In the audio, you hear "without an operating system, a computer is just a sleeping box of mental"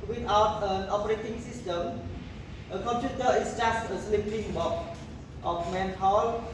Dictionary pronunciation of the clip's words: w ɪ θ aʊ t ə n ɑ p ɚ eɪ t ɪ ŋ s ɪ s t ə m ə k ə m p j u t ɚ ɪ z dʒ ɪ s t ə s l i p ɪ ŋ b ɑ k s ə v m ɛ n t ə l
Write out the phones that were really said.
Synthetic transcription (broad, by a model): w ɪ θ aʊ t ə n ɑ p ɚ eɪ t ɪ ŋ s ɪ s t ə m ə k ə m p j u t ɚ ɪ s dʒ ɪ s t ə s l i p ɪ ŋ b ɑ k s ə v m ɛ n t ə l